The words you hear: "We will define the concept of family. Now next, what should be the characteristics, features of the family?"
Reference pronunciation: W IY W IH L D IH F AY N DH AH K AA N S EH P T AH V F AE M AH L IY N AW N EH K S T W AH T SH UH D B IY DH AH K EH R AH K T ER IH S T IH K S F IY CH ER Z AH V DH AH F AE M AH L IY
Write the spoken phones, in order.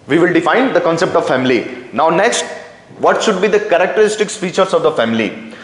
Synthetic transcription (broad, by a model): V IY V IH L D IH F AY N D AH K AA N S EH P T AH V F AE M AH L IY N AW N EH K S T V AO T SH UH D B IY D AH K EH R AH K T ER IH S T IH K S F IY CH ER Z AH V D AH F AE M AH L IY